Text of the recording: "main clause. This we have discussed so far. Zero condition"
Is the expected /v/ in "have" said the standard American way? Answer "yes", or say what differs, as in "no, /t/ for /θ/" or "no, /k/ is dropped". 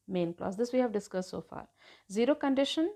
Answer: yes